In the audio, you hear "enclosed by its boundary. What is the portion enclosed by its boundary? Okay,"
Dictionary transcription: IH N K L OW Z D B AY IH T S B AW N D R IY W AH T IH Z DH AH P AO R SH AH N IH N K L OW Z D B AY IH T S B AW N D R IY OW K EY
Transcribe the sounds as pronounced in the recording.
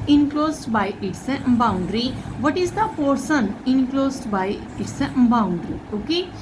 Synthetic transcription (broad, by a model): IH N K L OW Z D B AY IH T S B AW N D R IY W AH T IH Z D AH P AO R S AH N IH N K L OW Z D B AY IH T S B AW N D R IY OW K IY